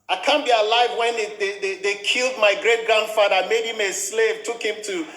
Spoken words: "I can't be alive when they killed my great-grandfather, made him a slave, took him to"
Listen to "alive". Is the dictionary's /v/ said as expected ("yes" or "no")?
yes